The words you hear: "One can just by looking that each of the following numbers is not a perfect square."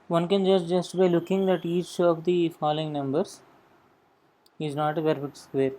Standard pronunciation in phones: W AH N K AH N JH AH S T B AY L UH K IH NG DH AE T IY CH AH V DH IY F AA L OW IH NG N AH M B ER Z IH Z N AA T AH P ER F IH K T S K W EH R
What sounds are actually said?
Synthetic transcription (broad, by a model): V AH N K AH N JH AH S T B AY L UH K IH NG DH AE T IY CH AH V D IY F AA L OW IH NG N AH M B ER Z IH Z N AA T AH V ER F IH T S K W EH R